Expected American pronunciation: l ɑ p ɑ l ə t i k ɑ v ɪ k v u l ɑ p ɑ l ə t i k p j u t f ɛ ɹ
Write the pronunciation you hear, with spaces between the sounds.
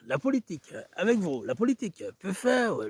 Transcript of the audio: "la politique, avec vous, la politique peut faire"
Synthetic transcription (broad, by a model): l ɑ p ɑ l ə t i k ɑ v ɪ k v u l ɑ p ɑ l ə t i k p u f ɛ ɹ